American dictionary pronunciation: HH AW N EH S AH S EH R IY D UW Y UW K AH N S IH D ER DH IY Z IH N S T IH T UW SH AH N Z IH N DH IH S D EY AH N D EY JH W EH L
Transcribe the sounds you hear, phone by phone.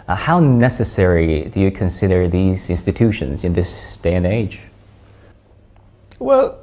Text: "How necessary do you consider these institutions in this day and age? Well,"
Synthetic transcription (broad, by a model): HH AW N EH S AH S EH R IY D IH Y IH K AH N S IH D ER DH IY Z IH N S T IH T UW SH AH N Z IH N DH IH S D EY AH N EY JH W EH L